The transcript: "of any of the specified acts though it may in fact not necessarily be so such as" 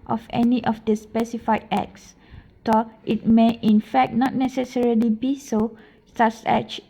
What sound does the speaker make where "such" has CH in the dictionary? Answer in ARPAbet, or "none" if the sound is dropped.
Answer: S